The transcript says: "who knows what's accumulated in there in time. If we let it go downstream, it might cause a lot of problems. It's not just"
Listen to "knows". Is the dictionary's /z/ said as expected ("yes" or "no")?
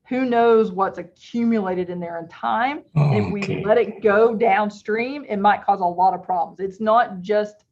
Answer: yes